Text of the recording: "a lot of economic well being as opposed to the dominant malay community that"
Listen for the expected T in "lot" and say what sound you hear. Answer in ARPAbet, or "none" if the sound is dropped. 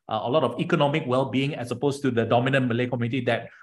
T